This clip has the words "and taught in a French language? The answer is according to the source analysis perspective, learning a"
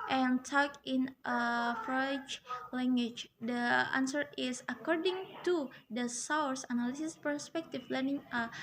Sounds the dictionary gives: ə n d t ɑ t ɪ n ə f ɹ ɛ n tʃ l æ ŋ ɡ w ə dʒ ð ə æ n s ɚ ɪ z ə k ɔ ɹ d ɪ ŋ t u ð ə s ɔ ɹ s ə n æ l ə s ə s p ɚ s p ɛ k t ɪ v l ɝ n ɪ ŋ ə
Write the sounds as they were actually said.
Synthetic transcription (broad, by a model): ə n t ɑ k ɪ n ə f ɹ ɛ tʃ l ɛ ŋ ɡ w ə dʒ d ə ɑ n s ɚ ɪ s ə k ɔ ɹ d ɪ ŋ t u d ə s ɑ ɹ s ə n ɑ l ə s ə s p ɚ s p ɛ k t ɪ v l ɝ n ɪ ŋ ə